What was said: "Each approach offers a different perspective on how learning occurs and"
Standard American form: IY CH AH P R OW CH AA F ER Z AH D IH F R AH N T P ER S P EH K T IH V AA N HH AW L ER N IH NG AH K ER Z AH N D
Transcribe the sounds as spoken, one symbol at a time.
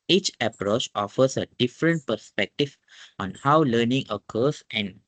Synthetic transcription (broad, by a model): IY CH AH P R OW CH AA F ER S AH D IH F R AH N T P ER S P EH K T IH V AA N HH AW L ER N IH NG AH K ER S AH N